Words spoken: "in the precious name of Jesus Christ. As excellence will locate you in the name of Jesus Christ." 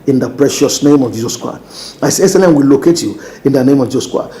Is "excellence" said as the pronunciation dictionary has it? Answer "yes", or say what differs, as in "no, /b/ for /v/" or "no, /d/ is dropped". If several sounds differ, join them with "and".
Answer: no, /k/ is dropped and /s/ is dropped